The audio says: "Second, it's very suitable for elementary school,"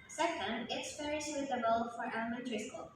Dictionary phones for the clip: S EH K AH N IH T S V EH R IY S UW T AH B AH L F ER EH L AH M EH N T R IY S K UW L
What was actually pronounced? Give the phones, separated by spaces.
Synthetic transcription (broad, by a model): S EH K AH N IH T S P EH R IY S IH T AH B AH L F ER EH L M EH T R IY S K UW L